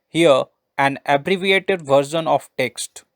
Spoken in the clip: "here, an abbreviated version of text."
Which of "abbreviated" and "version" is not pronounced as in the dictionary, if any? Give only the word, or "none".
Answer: version